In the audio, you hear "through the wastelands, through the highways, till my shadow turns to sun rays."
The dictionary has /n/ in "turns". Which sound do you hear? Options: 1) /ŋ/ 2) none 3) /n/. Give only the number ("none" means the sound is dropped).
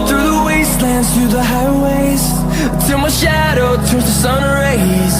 2